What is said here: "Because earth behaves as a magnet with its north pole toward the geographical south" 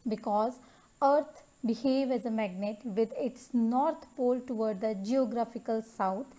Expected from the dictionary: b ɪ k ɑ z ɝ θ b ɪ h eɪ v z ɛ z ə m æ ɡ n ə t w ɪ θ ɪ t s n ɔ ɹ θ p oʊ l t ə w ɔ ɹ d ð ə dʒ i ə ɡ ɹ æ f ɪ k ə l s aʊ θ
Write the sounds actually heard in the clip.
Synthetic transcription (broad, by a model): b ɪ k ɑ z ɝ t b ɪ h eɪ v ɛ z ə m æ ɡ n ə t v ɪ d ɪ t s n ɔ ɹ t p oʊ l t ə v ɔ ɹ d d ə dʒ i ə ɡ ɹ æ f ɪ k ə l s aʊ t